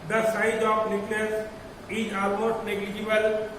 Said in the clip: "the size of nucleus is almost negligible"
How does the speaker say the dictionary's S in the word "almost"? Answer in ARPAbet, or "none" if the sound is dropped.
none